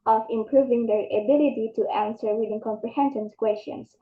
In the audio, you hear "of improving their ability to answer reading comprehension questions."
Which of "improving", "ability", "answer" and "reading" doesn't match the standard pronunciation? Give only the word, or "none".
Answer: reading